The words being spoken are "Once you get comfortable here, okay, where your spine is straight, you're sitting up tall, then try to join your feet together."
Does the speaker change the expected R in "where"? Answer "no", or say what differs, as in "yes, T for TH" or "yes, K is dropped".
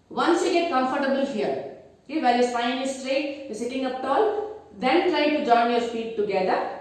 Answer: yes, L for R